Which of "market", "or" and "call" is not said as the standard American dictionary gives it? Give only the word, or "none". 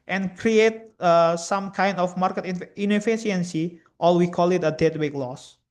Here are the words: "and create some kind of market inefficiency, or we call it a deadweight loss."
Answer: or